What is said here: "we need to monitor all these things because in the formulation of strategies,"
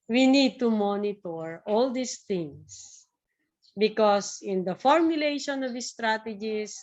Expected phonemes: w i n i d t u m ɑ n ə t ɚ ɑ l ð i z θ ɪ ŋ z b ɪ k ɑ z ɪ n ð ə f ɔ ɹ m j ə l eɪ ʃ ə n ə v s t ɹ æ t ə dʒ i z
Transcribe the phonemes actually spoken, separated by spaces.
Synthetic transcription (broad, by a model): w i n i d t u m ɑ n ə t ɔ ɑ l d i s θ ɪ ŋ s b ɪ k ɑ s ɪ n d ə f ɔ ɹ m j ə l eɪ ʃ ə n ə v s t ɹ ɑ t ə dʒ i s